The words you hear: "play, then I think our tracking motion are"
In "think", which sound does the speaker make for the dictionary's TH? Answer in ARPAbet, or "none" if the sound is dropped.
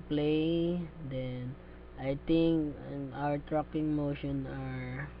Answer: T